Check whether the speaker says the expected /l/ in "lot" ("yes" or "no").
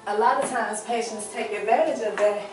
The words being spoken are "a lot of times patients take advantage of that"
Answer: yes